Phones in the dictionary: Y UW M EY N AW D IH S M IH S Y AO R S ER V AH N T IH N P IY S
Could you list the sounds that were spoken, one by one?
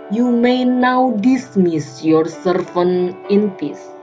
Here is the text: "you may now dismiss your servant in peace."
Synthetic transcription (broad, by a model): Y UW M EY N AW D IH S M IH S Y AO R S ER F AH N IH N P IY S